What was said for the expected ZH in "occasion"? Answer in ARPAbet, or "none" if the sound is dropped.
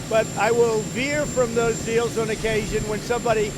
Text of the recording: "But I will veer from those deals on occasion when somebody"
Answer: ZH